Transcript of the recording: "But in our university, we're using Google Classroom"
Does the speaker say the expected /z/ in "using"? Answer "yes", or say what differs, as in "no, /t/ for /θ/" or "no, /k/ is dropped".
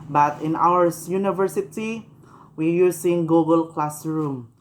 no, /s/ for /z/